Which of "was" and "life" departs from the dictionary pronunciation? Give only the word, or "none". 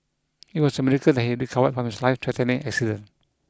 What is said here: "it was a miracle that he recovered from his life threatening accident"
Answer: was